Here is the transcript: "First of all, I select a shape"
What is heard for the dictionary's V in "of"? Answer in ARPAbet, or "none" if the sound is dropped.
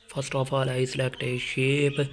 F